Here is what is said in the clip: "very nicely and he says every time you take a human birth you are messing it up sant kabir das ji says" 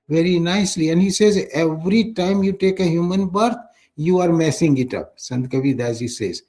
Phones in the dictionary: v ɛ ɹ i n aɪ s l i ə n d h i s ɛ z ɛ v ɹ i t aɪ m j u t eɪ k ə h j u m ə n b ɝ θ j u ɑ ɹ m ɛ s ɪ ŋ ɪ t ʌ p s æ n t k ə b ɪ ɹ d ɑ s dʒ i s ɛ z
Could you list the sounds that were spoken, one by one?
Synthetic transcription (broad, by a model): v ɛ ɹ i n aɪ s l i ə n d h i s ɛ z ɛ v ɹ i t aɪ m j u t eɪ k ə h j u m ə n b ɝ t j u ɑ ɹ m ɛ s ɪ ŋ ɪ t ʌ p s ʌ n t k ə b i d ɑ dʒ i s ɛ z